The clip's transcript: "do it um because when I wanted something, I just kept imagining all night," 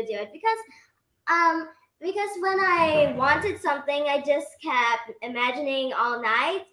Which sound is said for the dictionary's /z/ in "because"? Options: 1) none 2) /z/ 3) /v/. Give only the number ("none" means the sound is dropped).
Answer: 2